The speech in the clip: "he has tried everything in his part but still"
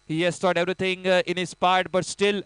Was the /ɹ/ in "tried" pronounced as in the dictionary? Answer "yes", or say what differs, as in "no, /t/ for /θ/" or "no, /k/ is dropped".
no, /ɹ/ is dropped